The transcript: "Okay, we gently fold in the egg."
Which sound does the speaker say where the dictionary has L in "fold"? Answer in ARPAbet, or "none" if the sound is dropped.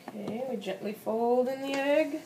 L